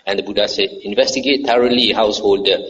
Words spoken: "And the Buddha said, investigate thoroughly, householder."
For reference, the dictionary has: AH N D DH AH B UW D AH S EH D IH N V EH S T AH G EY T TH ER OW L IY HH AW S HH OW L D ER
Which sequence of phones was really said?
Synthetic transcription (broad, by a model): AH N D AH B UW D AH S EH D IH N V EH S T AH G EY T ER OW L IY HH AW S HH OW L D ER